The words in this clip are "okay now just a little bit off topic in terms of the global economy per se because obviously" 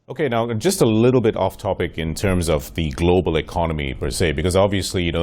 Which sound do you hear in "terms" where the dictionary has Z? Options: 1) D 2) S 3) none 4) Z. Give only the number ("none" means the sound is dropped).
4